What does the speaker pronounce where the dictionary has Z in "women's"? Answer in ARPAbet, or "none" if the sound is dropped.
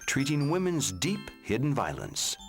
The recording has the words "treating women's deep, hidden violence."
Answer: Z